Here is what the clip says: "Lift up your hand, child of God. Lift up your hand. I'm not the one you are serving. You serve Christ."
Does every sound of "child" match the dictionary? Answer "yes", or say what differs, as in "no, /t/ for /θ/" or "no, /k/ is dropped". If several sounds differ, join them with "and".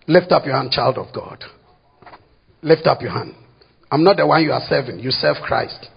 yes